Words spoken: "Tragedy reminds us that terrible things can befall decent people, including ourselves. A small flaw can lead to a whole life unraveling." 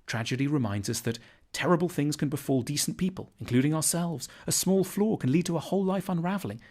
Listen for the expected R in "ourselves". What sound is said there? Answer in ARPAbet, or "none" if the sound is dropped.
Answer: R